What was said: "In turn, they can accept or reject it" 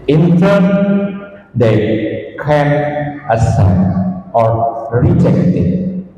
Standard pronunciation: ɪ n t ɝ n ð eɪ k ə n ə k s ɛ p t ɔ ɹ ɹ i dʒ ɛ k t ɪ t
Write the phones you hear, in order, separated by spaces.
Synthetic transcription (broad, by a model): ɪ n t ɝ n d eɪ k ə n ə s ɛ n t ɔ ɹ ɹ i dʒ ɛ k t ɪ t